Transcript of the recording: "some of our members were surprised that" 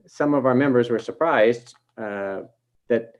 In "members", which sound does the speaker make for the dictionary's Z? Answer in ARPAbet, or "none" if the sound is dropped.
Z